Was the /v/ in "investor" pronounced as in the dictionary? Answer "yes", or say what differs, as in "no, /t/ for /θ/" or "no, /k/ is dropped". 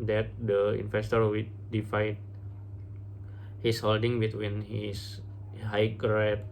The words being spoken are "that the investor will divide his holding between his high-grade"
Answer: no, /f/ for /v/